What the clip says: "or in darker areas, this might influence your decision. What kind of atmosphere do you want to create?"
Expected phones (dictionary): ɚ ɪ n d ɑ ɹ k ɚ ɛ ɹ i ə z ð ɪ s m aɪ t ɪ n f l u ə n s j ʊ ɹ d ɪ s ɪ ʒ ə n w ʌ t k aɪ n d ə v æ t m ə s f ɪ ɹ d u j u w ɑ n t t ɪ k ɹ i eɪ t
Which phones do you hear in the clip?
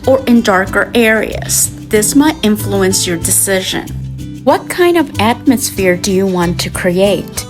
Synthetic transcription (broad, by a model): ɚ ɪ n d ɑ ɹ k ɚ ɛ ɹ i ə z ð ɪ s m aɪ t ɪ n f l u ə n s j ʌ ɹ d ɪ s ɪ ʒ ə n w ʌ t k aɪ n d ə v æ t m ə s f ɪ ɹ d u j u w ɑ n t t ɪ k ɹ i eɪ t